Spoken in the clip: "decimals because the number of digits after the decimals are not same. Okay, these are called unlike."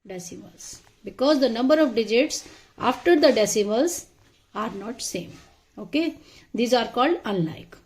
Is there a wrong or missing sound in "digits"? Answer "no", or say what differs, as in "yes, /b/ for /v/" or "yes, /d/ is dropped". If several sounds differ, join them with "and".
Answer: no